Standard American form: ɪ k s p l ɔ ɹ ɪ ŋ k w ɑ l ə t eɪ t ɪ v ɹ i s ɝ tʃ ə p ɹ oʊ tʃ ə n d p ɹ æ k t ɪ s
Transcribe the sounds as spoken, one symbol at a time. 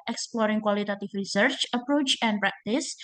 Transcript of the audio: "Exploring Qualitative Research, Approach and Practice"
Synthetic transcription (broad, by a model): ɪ k s p l ɔ ɹ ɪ ŋ k w ɑ l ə t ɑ t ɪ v ɹ i s ɝ tʃ ə p ɹ oʊ tʃ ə n p ɹ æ k t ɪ s